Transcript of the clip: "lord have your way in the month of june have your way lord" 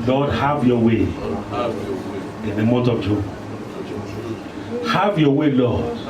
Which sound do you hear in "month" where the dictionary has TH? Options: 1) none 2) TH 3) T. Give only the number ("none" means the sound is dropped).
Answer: 3